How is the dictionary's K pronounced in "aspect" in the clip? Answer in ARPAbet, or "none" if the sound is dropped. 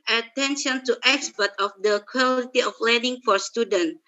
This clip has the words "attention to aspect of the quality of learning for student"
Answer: none